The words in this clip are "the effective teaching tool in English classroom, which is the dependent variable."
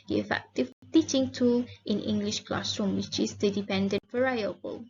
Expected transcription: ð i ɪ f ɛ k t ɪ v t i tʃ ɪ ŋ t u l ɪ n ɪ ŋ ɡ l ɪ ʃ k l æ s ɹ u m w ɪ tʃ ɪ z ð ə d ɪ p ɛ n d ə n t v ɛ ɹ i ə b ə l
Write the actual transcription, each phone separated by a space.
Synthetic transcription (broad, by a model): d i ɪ f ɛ k t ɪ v t i tʃ ɪ ŋ t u l ɪ n ɪ ŋ ɡ l ɪ ʃ k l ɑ s ɹ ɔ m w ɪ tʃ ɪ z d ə d ɪ p ɛ n d ə n t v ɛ ɹ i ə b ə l